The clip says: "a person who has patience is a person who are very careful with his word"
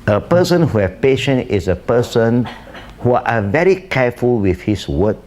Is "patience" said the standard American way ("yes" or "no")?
no